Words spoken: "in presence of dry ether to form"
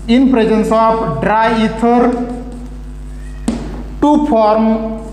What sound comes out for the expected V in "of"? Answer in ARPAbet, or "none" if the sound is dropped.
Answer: P